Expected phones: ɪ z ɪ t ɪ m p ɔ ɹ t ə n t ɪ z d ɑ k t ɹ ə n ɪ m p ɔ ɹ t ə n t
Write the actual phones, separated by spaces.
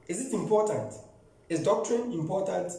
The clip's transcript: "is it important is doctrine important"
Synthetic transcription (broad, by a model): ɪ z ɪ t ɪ m p ɔ t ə n t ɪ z d ɑ k t ɹ ə n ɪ m p ɔ t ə n t